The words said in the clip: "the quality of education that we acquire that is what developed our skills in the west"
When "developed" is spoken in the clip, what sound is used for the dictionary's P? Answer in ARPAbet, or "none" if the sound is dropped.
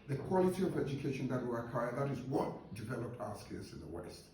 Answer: P